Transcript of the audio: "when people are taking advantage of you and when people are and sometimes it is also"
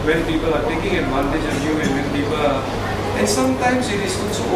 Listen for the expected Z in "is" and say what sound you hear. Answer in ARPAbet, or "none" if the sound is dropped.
S